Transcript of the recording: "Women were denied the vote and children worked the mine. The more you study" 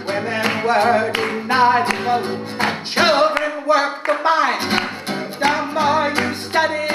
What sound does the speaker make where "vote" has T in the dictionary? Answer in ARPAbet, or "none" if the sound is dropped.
none